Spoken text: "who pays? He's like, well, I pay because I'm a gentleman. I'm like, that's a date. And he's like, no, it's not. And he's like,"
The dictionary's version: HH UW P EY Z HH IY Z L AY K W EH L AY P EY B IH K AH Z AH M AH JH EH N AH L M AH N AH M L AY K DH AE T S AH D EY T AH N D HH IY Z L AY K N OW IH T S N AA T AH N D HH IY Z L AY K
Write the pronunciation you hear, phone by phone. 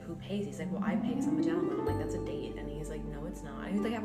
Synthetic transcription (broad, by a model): HH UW P EY Z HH IY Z L AY K W EH L AY P EY IH AH S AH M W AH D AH AH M L AY K DH AE T S AH D EY T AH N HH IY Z L AY K N OW IH T S N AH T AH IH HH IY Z L AY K